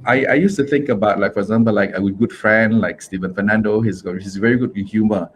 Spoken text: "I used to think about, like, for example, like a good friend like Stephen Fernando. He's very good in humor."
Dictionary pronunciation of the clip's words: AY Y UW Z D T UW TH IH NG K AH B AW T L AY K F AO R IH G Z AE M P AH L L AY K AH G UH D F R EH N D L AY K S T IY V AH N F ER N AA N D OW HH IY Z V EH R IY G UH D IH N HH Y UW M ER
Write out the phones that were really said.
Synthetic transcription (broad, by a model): AY Y UW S T UW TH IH NG K AH B AW T L AY K F AO R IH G Z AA M P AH L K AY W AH G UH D F R EH N D L AY K S T IY V AH N F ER N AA N D OW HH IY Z V EH R IY G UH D IH N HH Y UW M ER